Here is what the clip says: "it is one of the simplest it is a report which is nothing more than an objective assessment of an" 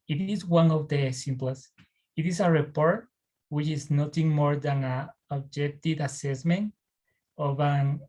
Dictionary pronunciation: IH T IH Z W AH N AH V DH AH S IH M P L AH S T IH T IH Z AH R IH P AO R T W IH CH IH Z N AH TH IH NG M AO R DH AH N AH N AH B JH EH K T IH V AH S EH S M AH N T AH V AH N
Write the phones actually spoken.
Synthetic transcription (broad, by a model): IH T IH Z W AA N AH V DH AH S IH M P L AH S IH T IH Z AH R IH P AO R T W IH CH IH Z N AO T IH NG M AO R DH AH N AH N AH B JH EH K T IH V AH S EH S M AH N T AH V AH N